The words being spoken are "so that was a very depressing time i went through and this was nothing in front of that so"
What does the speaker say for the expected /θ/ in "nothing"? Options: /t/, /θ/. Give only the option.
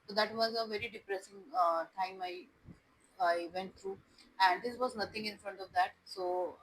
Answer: /t/